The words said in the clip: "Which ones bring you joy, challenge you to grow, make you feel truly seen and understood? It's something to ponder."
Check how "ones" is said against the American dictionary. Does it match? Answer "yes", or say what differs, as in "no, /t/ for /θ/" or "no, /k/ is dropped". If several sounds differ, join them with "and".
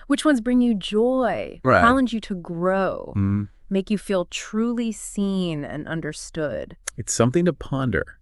yes